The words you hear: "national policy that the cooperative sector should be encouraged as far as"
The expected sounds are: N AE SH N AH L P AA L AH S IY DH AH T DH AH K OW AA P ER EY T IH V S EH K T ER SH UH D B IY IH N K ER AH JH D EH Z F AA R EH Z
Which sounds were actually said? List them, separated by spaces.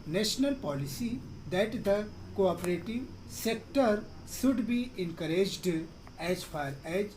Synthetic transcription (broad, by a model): N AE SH N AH L P AA L AH S IY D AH T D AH K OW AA P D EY T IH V S EH K T ER SH UH D B IY IH N K ER AH JH D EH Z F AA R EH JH